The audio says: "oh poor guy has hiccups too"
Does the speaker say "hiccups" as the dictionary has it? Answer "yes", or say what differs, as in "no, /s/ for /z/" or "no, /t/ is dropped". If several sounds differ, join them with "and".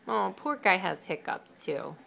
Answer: yes